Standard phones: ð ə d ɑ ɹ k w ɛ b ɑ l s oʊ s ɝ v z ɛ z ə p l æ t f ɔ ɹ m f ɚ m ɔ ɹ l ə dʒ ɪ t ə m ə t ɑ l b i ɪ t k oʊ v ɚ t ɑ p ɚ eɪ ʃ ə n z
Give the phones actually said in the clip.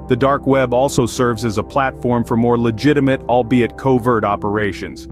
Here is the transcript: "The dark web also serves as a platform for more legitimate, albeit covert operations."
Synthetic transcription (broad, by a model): ð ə d ɑ ɹ k w ɛ b ɑ l s oʊ s ɝ v z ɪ z ə p l æ t f ɔ ɹ m f ɚ m ɔ ɹ l ə dʒ ɪ t ə m ə t ɑ l b i ɪ t k oʊ v ɚ t ɑ p ɚ eɪ ʃ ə n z